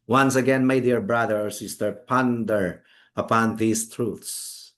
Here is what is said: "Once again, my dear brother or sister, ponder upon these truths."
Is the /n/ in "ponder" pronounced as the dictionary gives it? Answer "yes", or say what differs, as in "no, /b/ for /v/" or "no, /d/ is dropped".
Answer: yes